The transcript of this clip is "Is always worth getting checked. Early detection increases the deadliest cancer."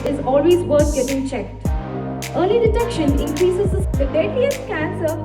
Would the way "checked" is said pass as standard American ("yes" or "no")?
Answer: yes